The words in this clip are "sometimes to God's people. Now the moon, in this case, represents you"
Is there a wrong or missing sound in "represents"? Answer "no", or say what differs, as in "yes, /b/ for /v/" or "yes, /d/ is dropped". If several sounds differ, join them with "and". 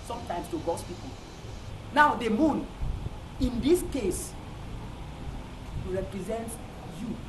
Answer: yes, /s/ is dropped